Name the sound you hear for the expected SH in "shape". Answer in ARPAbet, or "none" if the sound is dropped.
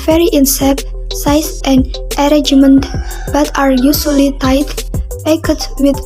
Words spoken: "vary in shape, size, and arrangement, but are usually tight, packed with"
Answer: S